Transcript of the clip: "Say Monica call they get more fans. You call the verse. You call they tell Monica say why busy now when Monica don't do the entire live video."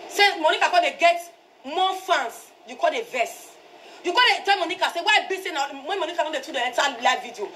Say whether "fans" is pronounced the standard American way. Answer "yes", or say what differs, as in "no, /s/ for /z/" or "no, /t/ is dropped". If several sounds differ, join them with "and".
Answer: no, /s/ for /z/